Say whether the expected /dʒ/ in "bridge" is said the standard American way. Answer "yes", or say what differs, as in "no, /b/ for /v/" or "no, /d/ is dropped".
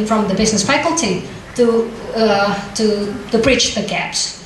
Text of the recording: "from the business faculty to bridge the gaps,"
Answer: no, /tʃ/ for /dʒ/